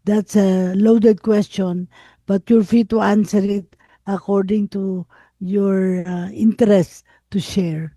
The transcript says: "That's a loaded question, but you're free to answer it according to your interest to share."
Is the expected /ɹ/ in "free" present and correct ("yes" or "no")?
no